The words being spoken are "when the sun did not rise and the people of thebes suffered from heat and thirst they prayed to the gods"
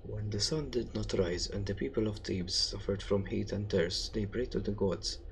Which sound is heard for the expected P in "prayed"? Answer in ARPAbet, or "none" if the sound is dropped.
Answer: B